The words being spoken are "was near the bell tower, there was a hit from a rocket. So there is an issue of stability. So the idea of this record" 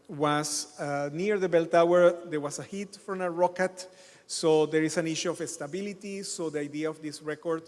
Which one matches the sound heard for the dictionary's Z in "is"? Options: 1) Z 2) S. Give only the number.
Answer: 2